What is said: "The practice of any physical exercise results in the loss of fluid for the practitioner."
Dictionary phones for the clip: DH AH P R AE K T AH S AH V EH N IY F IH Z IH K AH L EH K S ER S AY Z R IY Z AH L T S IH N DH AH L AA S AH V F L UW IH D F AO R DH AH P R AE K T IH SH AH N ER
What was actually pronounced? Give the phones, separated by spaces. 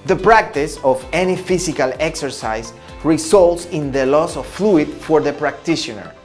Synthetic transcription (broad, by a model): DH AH P R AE K T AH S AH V EH N IY F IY S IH K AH L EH K S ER S AY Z R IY S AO L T S IH N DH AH L AA S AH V F L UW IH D F AO R DH AH P R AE K T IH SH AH N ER